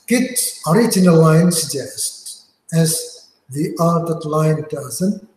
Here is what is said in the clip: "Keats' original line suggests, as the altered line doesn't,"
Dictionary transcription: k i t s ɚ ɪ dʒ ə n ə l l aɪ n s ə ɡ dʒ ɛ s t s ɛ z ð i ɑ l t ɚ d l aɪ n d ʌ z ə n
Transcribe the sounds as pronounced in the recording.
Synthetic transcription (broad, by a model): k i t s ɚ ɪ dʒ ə n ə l l aɪ n s ə ɡ dʒ ɛ s t s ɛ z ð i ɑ t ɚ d l aɪ n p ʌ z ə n